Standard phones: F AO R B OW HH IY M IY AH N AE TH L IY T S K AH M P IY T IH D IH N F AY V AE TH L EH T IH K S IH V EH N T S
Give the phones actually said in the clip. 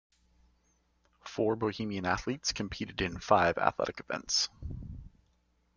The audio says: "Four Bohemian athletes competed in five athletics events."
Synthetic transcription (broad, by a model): F AO R B OW HH IY M IY AH N AE TH L IY T S K AH M P IY T IH D IH N F AY V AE TH L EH T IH K IH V EH N T S